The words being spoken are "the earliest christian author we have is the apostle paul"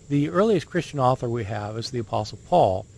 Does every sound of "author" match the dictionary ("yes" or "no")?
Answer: yes